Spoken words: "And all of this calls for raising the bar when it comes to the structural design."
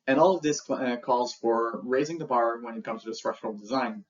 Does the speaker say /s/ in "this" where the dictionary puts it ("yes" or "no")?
yes